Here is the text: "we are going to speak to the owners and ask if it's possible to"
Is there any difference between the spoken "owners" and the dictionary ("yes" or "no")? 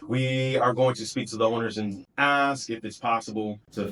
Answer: no